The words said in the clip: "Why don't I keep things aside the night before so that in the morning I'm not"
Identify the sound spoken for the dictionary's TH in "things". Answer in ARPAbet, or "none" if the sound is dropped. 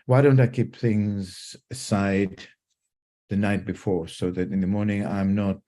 TH